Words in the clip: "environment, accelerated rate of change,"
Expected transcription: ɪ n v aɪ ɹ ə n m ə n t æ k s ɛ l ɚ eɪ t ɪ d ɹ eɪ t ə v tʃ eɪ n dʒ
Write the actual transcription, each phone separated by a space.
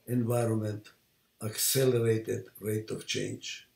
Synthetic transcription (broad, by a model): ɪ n v aɪ ɹ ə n m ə n t æ k s ɛ l ɚ eɪ t ɪ d ɹ eɪ t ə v tʃ eɪ n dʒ